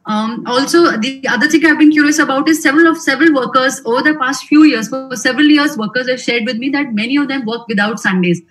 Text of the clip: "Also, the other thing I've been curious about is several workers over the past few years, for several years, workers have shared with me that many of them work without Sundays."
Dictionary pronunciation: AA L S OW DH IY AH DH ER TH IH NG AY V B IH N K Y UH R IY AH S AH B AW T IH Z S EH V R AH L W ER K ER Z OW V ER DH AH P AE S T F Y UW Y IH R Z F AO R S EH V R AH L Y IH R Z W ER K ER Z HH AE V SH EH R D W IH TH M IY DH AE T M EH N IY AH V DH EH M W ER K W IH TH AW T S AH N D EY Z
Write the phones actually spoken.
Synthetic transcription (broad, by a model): AA L S OW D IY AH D ER T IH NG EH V B IH N K Y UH R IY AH S AH B AW T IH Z S EH V R AH L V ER K ER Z OW V ER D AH P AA S T F Y UW Y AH R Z F AO R S EH V R AH L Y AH R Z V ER K ER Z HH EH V SH EH R D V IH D M IY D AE T M EH N IY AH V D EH M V ER K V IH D AW T S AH N D EY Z